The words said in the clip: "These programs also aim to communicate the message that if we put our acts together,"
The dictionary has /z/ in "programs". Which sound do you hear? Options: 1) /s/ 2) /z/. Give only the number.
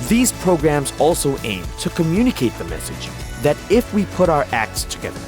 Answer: 2